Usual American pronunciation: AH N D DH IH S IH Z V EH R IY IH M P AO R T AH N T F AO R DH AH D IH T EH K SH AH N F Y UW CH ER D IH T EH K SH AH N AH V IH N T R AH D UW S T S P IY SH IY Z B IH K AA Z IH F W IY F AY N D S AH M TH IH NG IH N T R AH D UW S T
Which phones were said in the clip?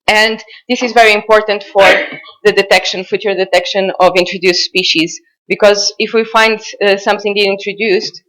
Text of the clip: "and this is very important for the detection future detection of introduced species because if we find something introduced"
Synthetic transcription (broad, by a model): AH N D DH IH S IH Z V EH R IY IH M P AO R T AH N T F AO R DH AH D IH T EH K SH AH N F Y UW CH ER D IH T EH K SH AH N AH V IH N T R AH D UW S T S P IY SH IY Z B IH K AA Z IH F W IY F AY N D S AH M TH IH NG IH N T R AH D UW S T